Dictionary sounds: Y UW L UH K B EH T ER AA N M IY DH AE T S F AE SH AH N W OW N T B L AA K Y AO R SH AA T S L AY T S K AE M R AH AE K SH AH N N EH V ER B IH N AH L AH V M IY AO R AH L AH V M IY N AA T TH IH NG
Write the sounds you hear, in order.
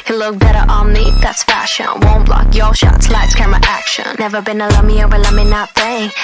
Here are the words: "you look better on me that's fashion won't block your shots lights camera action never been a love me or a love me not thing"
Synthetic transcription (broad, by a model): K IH L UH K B EH T ER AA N M IY DH AE T S F AE SH AH N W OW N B L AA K Y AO L SH AA T S L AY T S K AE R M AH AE K SH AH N N EH V ER B IH N AH L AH M IY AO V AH L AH M IY N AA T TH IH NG